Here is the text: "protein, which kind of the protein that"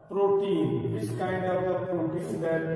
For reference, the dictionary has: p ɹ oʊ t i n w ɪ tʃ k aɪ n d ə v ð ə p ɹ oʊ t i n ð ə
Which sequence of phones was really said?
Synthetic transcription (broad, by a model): p ɹ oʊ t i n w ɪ s k aɪ n d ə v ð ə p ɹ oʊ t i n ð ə